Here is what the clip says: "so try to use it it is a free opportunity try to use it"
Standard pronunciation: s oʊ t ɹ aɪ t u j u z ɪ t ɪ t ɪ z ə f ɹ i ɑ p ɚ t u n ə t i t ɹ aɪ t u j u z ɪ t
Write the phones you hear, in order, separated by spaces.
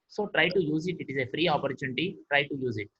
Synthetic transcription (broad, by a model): s oʊ t ɹ aɪ t u j u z ɪ t ɪ t ɪ z ə f ɹ i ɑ p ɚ t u n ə t i t ɹ aɪ t u j u z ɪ t